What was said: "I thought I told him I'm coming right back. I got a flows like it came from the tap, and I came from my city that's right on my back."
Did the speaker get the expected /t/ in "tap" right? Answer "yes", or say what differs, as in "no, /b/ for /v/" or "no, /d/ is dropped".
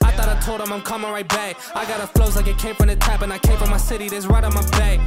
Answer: yes